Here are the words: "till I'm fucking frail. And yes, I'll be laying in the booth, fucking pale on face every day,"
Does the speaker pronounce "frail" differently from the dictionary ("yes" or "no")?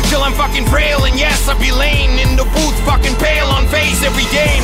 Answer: yes